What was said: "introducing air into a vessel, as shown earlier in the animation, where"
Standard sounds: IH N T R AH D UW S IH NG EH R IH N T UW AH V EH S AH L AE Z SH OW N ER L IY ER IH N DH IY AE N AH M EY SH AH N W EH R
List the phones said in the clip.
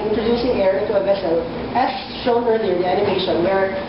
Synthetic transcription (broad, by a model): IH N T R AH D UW S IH NG EH R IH T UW AH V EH S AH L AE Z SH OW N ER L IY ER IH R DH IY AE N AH M EY SH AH N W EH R